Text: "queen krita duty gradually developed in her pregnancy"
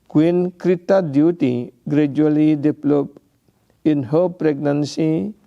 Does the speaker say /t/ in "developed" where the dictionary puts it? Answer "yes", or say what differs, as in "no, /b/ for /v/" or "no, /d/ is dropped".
no, /t/ is dropped